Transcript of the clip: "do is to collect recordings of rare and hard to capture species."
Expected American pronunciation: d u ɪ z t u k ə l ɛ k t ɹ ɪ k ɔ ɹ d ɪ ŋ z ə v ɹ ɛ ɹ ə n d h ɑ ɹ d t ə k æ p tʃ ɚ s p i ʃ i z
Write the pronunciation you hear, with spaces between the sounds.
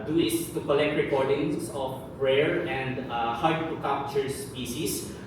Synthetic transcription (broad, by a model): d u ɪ s t u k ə l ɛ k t ɹ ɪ k ɔ ɹ d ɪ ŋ s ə p ɹ ɛ ɹ ə n d h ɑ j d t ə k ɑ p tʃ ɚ s p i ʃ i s